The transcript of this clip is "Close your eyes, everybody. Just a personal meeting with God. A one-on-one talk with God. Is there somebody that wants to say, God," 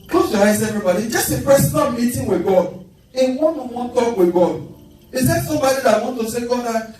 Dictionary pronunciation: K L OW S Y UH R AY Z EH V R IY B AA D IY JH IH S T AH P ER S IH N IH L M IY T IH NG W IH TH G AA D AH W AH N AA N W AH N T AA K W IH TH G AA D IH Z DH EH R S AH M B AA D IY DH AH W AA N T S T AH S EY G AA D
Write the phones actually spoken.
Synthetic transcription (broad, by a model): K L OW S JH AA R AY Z EH V R IY B AA D IY JH IH S T AH F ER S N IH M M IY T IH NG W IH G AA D AH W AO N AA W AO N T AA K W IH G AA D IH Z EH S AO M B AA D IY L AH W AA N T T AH S EY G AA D